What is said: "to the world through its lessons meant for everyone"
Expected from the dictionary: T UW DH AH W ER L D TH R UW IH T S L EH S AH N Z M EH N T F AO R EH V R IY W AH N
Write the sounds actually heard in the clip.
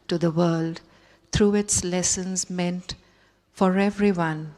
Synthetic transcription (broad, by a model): T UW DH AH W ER L D T R UW IH T S L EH S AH N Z M EH N T F AO R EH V R IY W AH N